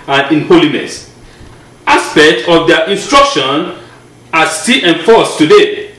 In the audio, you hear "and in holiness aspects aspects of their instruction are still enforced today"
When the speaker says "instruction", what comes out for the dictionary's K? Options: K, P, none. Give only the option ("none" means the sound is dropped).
K